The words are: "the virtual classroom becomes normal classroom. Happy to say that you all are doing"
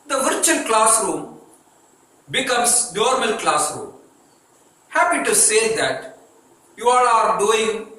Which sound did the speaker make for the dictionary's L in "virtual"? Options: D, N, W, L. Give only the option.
N